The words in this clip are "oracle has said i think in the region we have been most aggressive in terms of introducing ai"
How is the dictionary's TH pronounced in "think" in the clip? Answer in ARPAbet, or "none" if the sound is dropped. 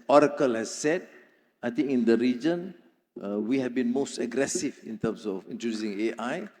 T